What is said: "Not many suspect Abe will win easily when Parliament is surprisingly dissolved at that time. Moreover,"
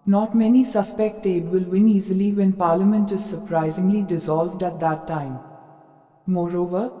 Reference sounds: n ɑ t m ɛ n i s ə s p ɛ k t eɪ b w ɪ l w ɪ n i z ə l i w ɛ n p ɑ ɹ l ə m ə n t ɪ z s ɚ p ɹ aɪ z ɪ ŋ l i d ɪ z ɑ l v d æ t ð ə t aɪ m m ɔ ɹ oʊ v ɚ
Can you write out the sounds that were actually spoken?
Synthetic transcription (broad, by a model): n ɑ t m ɛ n i s ə s p ɛ k t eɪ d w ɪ l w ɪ n i z ə l i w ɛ n p ɑ ɹ l ə m ə n t ɪ z s ɚ p ɹ aɪ z ɪ ŋ l i d ɪ z ɑ l v d æ t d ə t aɪ m m ɔ ɹ oʊ v ɚ